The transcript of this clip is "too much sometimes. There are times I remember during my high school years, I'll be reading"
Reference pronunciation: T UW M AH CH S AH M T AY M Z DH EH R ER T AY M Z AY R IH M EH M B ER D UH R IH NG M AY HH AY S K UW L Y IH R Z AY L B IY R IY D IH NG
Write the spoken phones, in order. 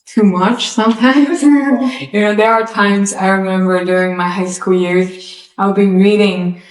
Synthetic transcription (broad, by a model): T UW M AH CH S AH M T AY M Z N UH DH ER T AY M Z AY R IH M EH M B ER D UH R IH NG M AY HH AY S K UW L Y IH R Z AY L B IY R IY D IH NG